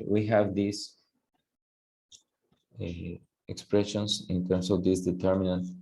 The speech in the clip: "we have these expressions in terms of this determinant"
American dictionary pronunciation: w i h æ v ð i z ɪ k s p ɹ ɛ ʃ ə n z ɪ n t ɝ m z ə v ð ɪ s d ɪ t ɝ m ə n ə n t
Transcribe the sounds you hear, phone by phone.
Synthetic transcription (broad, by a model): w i h æ v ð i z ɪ k s p ɹ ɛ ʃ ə n s ɪ n t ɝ m s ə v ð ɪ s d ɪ t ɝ m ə n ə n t